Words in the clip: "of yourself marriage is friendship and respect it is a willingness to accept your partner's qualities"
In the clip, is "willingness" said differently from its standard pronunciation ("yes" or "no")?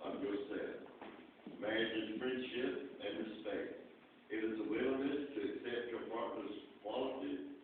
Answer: yes